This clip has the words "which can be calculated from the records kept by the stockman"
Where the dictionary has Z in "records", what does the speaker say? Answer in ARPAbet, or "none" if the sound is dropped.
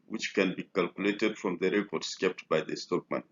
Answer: S